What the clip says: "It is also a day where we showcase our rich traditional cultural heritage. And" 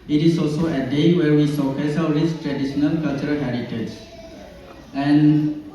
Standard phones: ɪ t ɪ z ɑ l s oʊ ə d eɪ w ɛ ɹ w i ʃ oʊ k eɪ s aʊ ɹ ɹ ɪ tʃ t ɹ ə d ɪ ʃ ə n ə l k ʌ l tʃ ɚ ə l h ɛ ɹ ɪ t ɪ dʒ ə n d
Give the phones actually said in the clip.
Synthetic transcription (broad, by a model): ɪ t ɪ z ɑ l s oʊ ə d eɪ w ɛ ɹ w i s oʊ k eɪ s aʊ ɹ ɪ s t ɹ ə d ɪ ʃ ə n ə l k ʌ l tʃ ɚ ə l h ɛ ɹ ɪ t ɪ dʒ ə n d